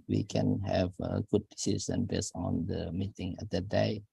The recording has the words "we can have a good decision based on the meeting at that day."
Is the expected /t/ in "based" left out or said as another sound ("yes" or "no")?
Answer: yes